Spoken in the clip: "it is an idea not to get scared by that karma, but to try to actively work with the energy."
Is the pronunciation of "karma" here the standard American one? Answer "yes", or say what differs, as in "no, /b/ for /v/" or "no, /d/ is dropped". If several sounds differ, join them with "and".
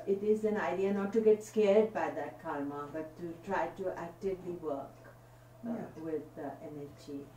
no, /l/ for /ɹ/